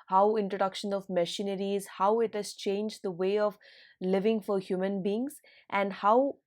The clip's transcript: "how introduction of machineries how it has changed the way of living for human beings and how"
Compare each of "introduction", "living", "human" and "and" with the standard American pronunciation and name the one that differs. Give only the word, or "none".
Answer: none